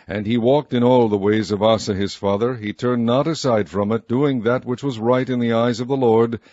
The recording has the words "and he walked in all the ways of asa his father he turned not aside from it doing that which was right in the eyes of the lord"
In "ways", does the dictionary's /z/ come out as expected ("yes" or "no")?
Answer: yes